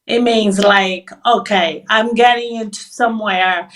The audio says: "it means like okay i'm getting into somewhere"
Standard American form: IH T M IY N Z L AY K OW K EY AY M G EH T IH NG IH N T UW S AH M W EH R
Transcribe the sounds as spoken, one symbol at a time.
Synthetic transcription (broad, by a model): IH T M IY N Z L AY K OW K EY AY M G EH T IH NG IH N T UW S AH M W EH R